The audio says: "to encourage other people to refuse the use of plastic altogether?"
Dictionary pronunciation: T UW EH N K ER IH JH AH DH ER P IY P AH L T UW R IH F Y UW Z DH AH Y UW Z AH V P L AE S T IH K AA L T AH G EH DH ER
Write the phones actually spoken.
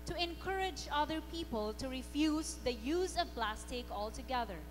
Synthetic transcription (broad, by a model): T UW EH N K ER IH JH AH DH ER P IY P AH L T UW R IH F Y UW Z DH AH Y UW Z AH V P L AE S T IH K AA L T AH G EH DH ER